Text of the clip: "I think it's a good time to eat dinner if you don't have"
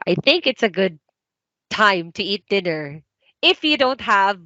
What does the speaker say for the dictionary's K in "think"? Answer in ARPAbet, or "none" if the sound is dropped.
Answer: K